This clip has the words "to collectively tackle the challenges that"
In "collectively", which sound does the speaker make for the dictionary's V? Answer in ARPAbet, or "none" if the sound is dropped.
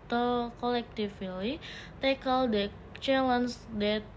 F